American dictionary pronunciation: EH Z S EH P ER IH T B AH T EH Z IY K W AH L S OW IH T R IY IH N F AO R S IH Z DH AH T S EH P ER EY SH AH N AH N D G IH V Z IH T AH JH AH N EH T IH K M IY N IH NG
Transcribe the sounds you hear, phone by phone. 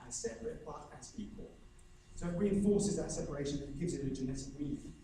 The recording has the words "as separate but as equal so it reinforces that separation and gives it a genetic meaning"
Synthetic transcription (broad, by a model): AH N S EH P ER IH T B AH T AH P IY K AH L S OW IH T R IY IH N F AO S IH Z DH AH T S EH P ER EY SH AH N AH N G IH V Z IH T AH JH AH N EH T IH K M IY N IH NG